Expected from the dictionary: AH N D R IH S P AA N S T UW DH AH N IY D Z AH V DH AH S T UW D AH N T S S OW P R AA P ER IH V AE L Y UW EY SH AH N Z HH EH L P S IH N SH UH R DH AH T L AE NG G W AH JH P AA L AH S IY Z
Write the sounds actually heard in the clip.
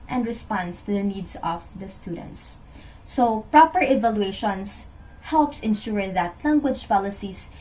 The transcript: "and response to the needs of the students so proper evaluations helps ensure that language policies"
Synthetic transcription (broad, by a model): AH N D R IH S P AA N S T UW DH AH N IY D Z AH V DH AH S T UW D AH N T S S OW P R AA P ER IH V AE L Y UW EY SH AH N S HH EH L P S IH N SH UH R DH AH T L AE NG G W AH JH P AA L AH S IY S